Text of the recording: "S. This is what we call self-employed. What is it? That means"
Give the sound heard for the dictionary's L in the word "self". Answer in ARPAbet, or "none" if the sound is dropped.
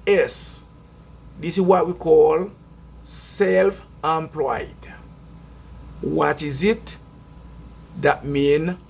L